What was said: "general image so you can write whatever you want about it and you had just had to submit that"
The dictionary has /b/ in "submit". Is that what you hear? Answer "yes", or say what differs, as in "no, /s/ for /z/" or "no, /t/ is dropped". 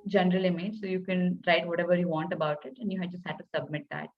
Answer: yes